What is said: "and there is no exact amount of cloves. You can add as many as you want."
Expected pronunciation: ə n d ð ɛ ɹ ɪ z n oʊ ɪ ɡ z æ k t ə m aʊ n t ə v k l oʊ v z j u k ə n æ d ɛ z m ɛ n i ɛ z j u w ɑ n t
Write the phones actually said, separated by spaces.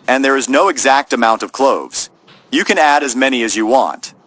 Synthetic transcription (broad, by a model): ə n ð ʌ ɹ ɪ z n oʊ ɪ ɡ z æ k t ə m aʊ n t ə v k l oʊ v z j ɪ k ə n æ d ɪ z m ɛ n i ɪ z j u w ɑ n t